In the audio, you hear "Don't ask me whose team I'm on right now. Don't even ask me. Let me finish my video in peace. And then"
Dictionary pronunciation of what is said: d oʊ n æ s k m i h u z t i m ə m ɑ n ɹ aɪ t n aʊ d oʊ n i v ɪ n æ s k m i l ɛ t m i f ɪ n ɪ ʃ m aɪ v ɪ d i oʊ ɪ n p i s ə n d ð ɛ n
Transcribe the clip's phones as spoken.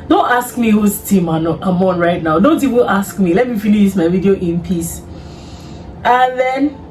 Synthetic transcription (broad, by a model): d oʊ n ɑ s k m i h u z t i m ə m ɑ n ɹ aɪ t n aʊ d oʊ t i w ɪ l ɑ s k m i l ɛ t m i f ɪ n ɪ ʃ m aɪ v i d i oʊ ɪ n p i s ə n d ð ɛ n